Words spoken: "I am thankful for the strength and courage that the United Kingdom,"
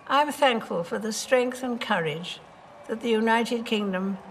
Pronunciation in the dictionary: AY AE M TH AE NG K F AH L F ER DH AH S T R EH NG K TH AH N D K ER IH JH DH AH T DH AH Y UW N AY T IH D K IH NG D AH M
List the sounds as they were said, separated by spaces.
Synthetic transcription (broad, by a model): AY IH M TH AE NG K F AH L F ER DH AH S T R EH NG K TH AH N K ER IH JH DH AH T DH AH Y UW N AY T IH D K IH NG D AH M